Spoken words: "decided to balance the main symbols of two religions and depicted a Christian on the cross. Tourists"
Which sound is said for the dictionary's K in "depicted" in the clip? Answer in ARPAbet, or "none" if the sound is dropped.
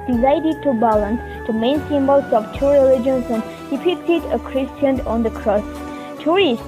none